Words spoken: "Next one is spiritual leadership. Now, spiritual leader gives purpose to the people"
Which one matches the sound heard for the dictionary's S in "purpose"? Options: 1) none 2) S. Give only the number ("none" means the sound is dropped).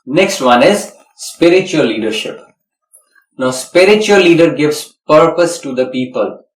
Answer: 2